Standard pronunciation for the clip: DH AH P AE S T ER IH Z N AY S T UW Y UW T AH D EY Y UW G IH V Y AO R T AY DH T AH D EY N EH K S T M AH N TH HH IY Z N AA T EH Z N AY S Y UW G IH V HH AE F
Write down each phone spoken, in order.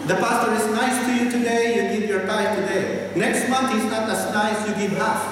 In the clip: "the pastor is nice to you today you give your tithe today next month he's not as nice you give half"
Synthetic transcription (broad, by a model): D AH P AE S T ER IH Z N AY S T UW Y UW T AH D EY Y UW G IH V Y AO R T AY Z T AH D EY N EH K S T M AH N T HH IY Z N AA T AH S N AY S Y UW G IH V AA